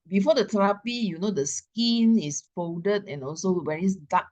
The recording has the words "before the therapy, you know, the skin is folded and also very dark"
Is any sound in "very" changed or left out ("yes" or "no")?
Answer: yes